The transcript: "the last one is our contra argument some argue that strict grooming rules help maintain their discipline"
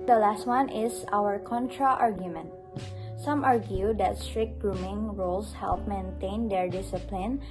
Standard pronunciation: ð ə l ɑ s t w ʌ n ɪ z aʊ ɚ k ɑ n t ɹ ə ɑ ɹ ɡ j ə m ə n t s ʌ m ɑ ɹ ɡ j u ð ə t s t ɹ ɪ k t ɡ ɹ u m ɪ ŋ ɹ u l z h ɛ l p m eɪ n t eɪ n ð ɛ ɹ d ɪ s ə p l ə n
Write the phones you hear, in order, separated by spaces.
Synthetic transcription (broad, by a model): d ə l ɑ s t w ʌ n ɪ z aʊ ɚ k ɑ n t ɹ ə ɑ ɹ ɡ j ə m ə n t s ʌ m ɑ ɹ ɡ j u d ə t s t ɹ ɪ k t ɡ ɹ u m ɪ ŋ ɹ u l s h ɛ l p m eɪ n t eɪ n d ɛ ɹ d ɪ s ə p l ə n